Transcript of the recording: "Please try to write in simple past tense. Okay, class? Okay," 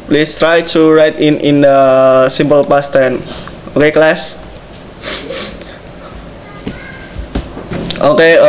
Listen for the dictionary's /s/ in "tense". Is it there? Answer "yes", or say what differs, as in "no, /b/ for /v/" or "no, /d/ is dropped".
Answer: no, /s/ is dropped